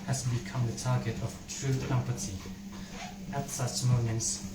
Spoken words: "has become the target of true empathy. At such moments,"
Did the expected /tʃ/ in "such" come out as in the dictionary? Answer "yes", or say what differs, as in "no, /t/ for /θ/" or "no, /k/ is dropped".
no, /s/ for /tʃ/